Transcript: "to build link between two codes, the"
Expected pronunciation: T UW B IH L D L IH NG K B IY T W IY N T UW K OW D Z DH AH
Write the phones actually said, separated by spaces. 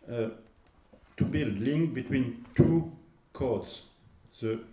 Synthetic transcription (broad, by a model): T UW B IH L D L IH NG K B IY T W IY N T UW K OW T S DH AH